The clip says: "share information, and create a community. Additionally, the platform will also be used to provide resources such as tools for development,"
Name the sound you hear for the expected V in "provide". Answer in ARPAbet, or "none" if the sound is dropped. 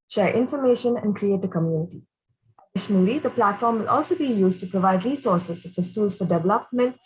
V